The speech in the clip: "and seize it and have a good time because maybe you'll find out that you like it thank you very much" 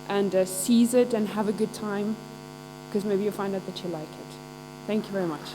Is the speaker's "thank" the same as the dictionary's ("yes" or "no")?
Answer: yes